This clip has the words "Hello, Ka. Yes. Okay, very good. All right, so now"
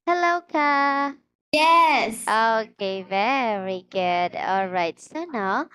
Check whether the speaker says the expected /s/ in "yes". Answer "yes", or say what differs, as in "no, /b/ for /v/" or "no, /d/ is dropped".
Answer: yes